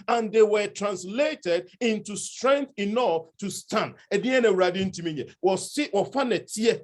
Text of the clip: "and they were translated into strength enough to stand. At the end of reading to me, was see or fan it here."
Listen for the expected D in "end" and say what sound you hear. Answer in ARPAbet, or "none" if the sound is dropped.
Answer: none